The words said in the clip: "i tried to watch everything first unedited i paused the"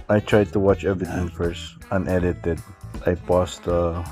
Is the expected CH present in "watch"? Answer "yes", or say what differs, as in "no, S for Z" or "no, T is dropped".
yes